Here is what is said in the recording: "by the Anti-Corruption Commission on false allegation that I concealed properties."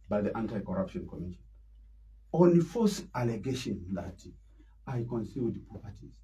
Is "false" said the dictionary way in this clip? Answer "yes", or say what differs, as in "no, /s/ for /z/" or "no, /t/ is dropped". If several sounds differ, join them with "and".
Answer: no, /l/ is dropped